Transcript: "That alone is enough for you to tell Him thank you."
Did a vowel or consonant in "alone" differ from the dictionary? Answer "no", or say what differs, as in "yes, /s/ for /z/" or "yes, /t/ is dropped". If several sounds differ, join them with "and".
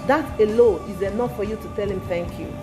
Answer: yes, /n/ is dropped